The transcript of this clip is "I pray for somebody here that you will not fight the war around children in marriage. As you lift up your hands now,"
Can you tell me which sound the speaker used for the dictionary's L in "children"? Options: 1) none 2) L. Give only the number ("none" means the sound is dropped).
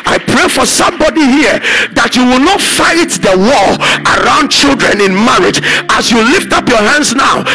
2